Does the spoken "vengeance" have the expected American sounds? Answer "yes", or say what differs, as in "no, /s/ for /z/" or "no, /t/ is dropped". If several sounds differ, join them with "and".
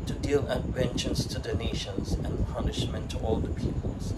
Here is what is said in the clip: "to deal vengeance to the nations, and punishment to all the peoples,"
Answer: no, /tʃ/ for /dʒ/